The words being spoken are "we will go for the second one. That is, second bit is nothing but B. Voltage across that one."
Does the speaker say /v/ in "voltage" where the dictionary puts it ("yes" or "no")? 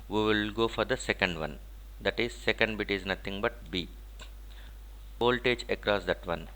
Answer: no